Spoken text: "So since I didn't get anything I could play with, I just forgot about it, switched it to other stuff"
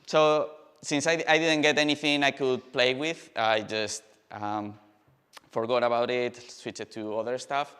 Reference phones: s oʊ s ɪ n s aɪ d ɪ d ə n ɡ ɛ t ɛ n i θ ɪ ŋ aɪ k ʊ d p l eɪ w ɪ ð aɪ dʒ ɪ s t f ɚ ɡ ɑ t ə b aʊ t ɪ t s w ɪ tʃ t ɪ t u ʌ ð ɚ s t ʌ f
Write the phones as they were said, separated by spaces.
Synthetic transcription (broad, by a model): s oʊ s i n s aɪ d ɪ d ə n ɡ ɛ t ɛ n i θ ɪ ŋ aɪ k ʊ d p l eɪ w ɪ ð aɪ dʒ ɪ s t f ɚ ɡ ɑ t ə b aʊ t ɪ t s w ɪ tʃ ɪ t u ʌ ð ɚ s t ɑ f